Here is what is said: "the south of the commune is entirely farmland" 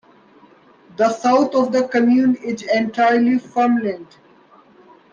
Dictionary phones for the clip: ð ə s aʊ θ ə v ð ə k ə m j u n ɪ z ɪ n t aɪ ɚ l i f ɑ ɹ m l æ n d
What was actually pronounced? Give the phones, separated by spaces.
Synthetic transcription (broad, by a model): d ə s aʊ t ə v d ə k ə m j u n ɪ z ɪ n t aɪ ɚ l i f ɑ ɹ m l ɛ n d